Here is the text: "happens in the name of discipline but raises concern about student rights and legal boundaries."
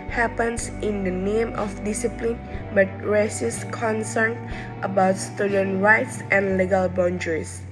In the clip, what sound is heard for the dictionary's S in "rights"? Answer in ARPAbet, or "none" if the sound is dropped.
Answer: S